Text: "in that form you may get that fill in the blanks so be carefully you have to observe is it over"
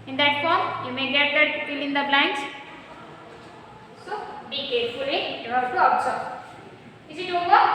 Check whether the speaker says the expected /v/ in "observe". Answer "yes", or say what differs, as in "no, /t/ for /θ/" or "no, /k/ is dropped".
no, /v/ is dropped